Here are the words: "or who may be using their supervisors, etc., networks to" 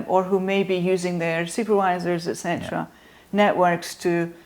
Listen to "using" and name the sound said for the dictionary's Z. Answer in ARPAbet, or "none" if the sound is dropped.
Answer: Z